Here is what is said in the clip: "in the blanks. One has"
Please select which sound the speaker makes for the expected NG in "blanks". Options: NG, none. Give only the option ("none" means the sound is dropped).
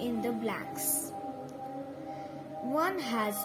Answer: none